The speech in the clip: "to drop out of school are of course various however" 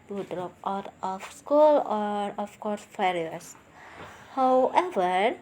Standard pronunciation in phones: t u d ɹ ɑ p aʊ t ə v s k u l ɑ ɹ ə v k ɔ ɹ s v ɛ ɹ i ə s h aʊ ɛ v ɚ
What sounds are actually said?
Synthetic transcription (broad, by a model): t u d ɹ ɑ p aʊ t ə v s k u l ɑ ɹ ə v k ɔ ɹ s f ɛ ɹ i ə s h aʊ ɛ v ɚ